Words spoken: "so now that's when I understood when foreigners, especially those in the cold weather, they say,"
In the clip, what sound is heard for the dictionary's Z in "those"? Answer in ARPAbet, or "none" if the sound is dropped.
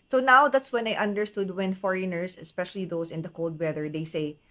S